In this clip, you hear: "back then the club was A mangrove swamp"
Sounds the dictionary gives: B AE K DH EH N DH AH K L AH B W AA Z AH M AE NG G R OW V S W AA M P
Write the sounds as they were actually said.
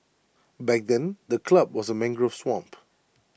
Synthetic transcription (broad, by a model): B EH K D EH N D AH K L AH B W AA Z AH M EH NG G R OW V S W AA M P